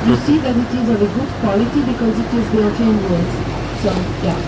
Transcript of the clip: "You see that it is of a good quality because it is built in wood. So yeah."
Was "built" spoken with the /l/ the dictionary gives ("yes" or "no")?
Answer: no